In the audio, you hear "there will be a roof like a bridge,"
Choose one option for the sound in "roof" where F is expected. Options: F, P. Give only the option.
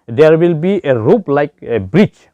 P